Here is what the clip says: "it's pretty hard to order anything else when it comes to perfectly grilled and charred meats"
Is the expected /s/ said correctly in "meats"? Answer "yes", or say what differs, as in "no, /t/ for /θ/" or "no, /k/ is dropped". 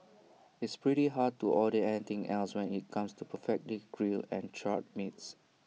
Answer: yes